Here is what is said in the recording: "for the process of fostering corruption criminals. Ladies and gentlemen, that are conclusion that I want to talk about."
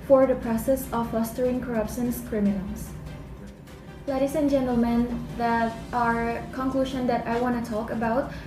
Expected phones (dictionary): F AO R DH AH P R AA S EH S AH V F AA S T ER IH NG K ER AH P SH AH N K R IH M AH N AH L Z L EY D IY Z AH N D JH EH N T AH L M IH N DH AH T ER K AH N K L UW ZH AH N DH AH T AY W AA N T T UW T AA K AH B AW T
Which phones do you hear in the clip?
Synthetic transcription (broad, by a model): F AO R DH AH P R AA S EH S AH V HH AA S T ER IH NG K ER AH P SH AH N K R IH M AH N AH L S L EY D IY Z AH N JH EH N T AH L M IH N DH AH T ER K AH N K L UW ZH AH N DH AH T AY W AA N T T UW T AA K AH B AW T